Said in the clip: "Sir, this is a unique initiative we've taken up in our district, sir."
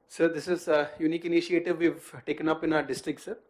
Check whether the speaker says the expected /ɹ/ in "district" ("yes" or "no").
yes